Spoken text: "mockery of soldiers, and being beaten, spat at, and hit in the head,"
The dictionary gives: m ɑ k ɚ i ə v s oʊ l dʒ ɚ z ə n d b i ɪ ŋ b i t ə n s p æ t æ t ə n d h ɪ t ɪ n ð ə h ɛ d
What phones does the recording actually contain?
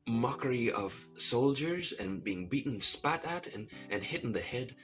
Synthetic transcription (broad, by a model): m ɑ k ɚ i ə v s oʊ l dʒ ɚ z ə n b i ɪ ŋ b i t n s p æ t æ t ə n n h ɪ t n ð ə h ɛ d